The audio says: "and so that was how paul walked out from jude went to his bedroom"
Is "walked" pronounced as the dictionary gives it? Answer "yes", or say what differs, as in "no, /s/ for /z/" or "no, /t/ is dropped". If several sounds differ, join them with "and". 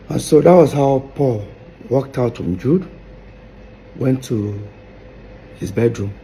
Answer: yes